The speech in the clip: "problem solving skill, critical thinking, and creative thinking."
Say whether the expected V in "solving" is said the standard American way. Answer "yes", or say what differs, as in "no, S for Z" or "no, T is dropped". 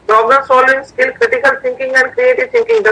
no, V is dropped